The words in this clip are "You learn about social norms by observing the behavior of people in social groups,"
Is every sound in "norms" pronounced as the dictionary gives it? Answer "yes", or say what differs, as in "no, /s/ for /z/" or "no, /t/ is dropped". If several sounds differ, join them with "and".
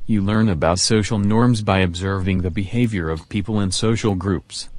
yes